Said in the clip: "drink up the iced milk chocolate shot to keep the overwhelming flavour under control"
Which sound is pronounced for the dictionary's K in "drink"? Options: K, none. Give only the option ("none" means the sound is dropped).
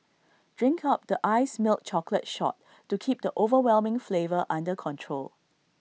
K